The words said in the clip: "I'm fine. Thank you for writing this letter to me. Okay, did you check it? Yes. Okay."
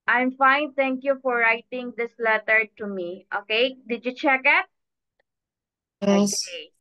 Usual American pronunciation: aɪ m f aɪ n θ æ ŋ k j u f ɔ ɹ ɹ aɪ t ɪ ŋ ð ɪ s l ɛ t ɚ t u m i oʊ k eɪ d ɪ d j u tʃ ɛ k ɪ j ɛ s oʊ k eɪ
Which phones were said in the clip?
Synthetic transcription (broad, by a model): aɪ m f aɪ n t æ ŋ k j u f ɔ ɹ ɹ aɪ t ɪ ŋ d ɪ s l ɛ t ɚ t u m i oʊ k eɪ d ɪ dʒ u tʃ ɛ k ɪ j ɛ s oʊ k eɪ